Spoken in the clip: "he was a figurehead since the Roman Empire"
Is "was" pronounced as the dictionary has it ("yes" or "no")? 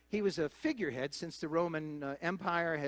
yes